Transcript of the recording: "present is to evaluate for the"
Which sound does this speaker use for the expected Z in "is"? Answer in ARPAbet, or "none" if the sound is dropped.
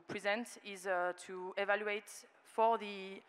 Z